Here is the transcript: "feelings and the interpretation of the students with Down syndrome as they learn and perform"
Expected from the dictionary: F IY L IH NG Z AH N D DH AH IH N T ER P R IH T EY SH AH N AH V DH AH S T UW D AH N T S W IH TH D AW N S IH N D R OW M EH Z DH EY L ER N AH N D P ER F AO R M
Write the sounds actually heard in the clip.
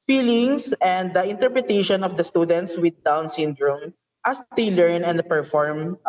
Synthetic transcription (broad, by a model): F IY L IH NG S AH N D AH IH N T ER P R IH T EY SH AH N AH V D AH S T UW D AH N T S W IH D AW N S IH N D R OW M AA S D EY L ER N AH N D P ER F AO R M